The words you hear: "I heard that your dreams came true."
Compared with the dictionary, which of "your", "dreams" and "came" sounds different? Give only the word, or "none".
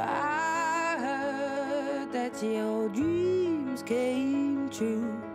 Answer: your